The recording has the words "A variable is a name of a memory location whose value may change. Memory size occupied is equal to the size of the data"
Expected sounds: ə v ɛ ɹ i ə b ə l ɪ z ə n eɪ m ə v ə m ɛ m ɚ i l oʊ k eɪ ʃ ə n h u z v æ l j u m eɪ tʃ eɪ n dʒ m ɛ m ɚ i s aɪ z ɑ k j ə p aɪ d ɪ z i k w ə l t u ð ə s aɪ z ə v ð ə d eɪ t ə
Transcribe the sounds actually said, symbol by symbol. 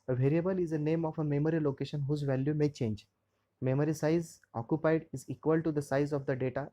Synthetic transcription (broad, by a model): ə v ɛ ɹ i ə b ə l ɪ z ə n eɪ m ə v ə m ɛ m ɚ i l oʊ k eɪ ʃ ə n h u z v æ l j u m eɪ tʃ eɪ n dʒ m ɛ m ɚ i s aɪ z ɑ k j ə p aɪ d ɪ z i k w ə l t u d ə s aɪ z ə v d ə d eɪ t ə